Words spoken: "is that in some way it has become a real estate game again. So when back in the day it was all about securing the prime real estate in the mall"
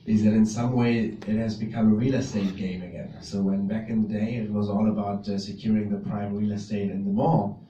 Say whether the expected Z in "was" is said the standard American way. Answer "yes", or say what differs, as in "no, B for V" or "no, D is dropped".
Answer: yes